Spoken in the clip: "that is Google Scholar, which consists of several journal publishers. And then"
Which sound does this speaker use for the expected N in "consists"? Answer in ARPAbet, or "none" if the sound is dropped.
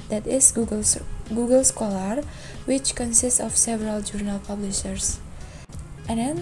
N